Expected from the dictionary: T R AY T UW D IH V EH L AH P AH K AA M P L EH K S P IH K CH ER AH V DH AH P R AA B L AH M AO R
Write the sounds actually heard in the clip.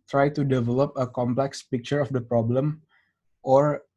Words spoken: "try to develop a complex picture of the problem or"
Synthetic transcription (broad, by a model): T R AY T UW D IH V EH L AH P AH K AA M P L EH K S P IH K CH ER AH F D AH P R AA B L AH M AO R